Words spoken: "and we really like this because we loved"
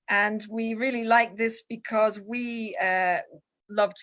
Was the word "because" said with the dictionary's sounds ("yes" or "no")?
yes